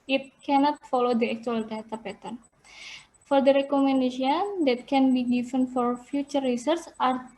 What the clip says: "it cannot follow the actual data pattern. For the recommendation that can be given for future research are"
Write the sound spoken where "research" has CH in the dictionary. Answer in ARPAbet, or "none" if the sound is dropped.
S